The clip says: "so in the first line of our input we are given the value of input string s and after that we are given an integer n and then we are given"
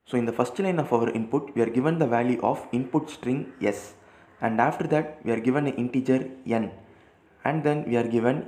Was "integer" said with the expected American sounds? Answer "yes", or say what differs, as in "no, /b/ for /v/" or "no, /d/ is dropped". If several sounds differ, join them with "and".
yes